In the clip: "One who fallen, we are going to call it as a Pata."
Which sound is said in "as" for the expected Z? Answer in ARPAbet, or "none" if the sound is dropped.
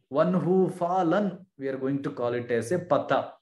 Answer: S